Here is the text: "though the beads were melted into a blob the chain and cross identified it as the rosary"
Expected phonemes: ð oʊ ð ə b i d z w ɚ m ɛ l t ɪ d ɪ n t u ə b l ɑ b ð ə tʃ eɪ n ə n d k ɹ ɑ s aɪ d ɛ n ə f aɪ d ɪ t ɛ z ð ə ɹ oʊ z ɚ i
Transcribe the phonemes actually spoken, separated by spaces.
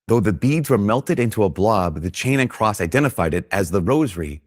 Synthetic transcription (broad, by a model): ð oʊ ð ə b i d z w ɚ m ɛ l t ɪ d ɪ n t u ə b l ɑ b ð ə tʃ eɪ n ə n k ɹ ɑ s aɪ d ɛ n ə f aɪ d ɪ t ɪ z ð ə ɹ oʊ z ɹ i